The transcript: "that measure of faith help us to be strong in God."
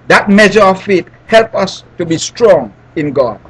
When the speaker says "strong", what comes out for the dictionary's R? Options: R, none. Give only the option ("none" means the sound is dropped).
R